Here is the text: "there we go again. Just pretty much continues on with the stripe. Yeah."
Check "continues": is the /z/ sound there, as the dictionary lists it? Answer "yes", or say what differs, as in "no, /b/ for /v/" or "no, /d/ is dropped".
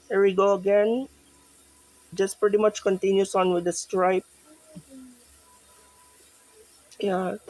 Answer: no, /s/ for /z/